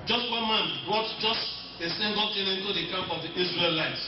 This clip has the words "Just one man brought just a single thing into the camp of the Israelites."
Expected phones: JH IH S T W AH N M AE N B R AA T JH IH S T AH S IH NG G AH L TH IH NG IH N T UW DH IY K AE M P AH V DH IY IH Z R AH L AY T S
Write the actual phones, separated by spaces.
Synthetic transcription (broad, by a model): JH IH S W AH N M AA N B R AA T JH IH S T AH S IH NG G AH L T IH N IH N T UW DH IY K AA M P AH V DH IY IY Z R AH L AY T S